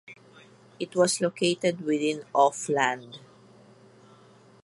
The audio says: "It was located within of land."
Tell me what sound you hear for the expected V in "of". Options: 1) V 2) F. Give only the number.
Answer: 2